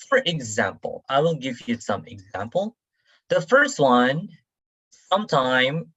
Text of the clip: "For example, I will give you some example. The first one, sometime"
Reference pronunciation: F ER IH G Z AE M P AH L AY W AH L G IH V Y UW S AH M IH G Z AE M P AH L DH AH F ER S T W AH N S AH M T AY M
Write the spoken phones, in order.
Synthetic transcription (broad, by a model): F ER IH G Z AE M P L AY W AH N G IH V Y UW S AH M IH G Z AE M P L DH AH F ER S T W AH N S AH M T AY M